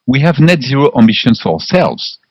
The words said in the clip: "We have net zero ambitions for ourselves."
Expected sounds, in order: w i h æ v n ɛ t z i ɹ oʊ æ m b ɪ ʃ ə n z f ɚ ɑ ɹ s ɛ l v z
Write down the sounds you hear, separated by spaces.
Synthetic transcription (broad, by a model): w i h æ v n ɛ t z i ɹ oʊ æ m b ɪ ʃ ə n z f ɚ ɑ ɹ s ɛ l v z